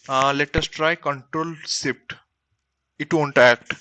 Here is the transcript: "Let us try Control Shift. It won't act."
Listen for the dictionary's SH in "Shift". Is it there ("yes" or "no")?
no